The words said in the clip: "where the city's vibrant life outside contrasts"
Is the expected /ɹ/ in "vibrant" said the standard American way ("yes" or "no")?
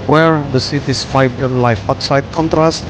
no